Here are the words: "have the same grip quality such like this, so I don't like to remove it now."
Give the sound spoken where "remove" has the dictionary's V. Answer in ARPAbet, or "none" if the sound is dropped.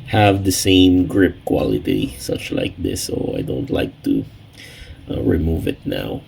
V